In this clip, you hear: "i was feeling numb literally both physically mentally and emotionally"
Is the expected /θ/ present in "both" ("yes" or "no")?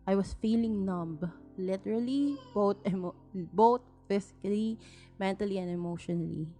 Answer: no